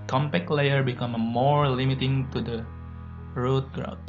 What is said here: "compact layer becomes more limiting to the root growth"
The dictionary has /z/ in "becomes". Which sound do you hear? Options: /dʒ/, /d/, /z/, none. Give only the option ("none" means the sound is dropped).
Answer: none